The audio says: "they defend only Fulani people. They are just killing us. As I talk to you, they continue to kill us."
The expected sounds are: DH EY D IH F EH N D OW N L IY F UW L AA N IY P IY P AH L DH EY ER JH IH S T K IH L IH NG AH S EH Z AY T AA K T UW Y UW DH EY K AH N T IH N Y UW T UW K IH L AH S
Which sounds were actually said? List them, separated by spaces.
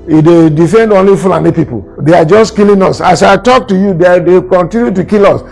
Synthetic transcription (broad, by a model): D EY D IH F EH N D OW N L IY F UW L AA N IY P IY P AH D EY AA JH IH S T K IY L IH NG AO S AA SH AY T AA K T UW Y UW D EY K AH N T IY N Y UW T UW K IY L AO S